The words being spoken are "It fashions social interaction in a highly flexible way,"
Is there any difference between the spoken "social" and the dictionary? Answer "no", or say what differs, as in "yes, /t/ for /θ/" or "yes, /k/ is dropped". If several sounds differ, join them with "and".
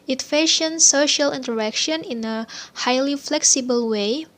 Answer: no